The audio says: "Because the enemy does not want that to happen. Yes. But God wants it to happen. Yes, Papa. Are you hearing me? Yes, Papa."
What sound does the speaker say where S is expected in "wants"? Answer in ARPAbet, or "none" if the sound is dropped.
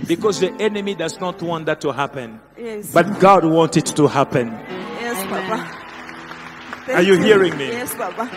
none